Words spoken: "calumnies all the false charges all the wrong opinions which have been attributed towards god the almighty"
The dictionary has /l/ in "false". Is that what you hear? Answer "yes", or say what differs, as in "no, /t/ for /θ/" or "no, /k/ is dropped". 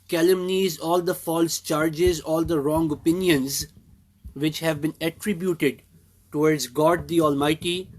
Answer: yes